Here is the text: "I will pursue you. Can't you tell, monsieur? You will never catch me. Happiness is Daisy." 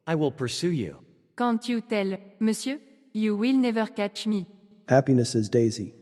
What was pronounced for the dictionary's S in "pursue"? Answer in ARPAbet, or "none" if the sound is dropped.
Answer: S